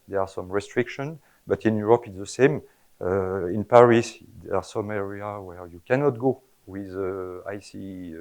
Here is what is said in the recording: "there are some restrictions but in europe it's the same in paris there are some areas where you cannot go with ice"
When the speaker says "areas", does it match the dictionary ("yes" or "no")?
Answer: no